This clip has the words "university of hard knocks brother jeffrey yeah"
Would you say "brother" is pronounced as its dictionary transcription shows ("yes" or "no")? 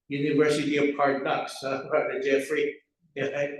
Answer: no